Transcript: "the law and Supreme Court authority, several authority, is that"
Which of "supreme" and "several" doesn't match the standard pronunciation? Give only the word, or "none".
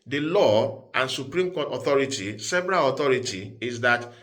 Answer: several